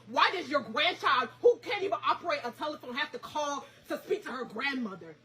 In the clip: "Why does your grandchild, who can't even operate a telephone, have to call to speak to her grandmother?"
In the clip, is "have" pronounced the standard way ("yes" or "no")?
no